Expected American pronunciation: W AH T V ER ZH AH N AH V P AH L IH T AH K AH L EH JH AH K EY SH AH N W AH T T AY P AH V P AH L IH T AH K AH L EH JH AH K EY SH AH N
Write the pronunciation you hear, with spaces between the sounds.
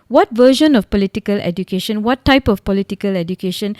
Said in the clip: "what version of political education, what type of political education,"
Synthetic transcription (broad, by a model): W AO T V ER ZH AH N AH F P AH L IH T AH K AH L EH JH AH K EY SH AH N W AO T T AY P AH F P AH L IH T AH K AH L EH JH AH K EY SH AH N